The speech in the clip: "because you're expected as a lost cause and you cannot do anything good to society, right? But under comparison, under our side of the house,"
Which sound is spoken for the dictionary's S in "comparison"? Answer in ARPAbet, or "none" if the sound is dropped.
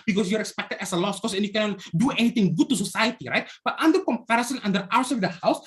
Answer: S